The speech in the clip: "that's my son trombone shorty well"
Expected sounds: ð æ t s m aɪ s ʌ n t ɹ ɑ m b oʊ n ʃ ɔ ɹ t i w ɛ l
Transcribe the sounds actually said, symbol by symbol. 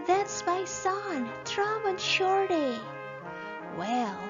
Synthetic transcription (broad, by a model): ð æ t s m aɪ s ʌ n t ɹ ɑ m oʊ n ʃ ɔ ɹ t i w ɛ l